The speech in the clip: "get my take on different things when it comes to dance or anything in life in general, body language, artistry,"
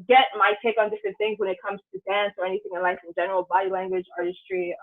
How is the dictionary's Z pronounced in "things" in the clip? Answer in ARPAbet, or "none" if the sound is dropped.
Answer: Z